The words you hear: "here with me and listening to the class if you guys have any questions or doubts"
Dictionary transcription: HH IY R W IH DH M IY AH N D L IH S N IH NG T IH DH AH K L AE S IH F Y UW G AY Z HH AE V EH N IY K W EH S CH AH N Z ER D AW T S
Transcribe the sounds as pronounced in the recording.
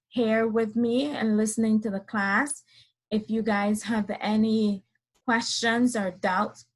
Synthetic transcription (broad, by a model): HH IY R W IH DH M IY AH N L IH S N IH NG T IH DH AH K L AE S IH F Y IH G AY Z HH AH V EH N IY K W EH S CH AH N Z ER D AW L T